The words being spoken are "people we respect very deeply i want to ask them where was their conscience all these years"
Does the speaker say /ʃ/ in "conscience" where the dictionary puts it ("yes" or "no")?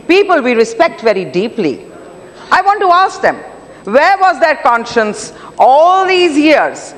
yes